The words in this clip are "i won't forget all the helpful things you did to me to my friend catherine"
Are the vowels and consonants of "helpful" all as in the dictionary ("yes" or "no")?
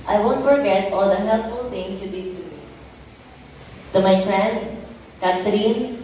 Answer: no